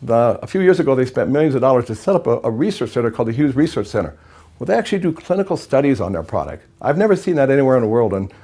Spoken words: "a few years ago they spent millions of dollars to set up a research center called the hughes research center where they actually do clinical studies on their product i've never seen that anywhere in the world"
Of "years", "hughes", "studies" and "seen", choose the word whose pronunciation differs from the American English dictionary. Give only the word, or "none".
none